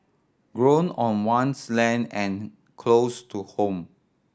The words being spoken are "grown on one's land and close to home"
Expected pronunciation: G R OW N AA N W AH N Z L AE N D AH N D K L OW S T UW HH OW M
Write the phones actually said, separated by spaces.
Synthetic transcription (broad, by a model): G R OW N AA N W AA N S L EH N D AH N K L OW S T UW HH OW M